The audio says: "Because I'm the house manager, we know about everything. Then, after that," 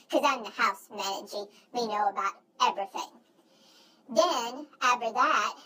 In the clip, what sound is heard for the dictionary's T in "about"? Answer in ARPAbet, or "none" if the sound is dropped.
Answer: T